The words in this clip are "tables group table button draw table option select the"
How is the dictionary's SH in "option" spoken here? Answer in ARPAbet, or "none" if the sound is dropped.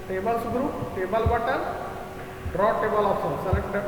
S